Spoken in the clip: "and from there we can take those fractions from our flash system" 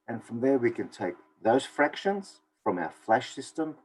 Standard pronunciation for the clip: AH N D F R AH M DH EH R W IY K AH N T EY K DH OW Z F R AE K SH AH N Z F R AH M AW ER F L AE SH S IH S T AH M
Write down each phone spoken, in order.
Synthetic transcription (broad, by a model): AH N F R AH M DH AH R W IY K AH N T EY K DH OW Z F R AE K SH AH N Z F R AH M AW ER F L AE SH S IH S T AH M